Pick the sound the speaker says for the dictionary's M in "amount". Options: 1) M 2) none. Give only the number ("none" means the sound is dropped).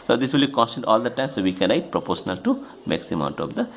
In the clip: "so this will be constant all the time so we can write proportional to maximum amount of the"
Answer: 2